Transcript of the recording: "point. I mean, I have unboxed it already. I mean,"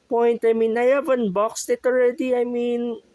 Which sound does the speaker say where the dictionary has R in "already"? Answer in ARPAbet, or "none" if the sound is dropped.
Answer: R